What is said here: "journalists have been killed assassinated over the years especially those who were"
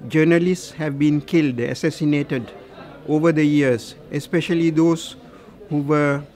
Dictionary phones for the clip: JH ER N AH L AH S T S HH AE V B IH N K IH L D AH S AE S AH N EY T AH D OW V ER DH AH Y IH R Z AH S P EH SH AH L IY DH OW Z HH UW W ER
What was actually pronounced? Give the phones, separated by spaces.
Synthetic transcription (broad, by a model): JH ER N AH L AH S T S HH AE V B IH N K IH L D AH S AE S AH N EY T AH D OW V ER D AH Y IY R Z AH S P EH SH AH L IY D OW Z HH UW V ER